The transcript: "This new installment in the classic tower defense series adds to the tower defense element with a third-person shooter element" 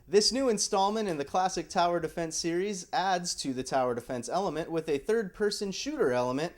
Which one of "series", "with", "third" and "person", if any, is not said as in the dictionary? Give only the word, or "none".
none